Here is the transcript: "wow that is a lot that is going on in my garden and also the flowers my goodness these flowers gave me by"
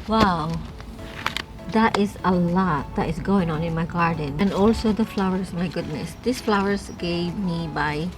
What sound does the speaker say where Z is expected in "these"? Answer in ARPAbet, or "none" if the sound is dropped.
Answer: S